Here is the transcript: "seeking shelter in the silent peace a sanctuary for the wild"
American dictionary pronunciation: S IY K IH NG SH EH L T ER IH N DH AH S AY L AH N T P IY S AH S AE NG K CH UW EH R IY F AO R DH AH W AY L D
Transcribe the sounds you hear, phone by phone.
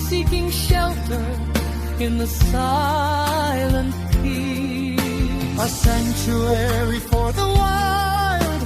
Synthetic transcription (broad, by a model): S IY K IH NG SH EH L T ER IH N DH AH S AY L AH N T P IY AH S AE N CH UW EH R IY F AO R DH AH W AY L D